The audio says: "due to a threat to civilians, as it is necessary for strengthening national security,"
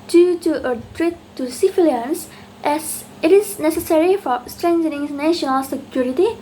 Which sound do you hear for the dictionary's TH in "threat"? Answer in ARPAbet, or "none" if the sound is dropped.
T